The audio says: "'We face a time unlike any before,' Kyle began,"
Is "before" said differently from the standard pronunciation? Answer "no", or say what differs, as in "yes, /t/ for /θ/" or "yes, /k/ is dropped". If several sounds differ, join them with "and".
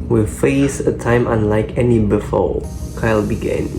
yes, /l/ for /ɹ/